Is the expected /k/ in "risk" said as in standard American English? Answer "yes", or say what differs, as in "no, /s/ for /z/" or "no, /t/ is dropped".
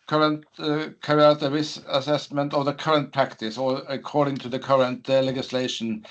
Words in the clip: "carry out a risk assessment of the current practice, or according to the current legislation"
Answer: no, /k/ is dropped